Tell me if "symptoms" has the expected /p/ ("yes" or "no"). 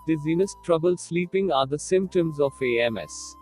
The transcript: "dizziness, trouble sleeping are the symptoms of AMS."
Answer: yes